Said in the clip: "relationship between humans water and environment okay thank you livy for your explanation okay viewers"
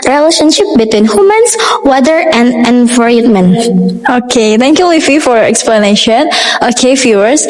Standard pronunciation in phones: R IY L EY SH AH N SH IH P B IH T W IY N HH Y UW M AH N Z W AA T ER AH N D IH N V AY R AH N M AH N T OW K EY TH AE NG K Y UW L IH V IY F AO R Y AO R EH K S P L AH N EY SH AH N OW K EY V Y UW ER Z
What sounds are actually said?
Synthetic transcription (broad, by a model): R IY L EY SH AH N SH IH P B IH T W IY N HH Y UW M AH N S W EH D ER AH N D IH N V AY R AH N M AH N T OW K EY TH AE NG K Y UW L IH F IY F AO R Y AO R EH K S P L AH N EY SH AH N OW K EY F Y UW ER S